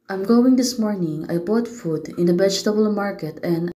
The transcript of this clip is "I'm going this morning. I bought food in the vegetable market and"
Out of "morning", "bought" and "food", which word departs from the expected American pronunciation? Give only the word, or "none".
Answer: none